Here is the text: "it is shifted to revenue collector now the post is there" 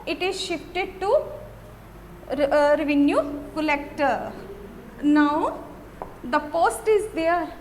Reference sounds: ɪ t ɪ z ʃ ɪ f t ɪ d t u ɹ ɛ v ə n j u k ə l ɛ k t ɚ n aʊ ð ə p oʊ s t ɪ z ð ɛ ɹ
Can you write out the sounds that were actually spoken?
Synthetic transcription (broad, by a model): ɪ t ɪ z ʃ ɪ f t ɪ d t u ɹ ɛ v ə n j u k ə l ɛ k t ɚ n aʊ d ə p oʊ s t ɪ z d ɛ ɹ